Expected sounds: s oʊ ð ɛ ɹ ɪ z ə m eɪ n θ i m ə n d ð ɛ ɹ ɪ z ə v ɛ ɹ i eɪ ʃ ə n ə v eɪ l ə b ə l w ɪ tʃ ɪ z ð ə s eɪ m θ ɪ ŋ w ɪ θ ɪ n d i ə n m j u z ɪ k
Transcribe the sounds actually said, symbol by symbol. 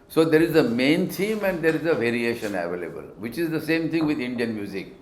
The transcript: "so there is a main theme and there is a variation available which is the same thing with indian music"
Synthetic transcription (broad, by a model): s oʊ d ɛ ɹ ɪ z ə m eɪ n t i m ə n d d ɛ ɹ ɪ z ə v ɛ ɹ i eɪ ʃ ə n ə v eɪ l ə b ə l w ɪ tʃ ɪ z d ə s eɪ m t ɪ ŋ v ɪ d ɪ n d i ə n m j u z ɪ k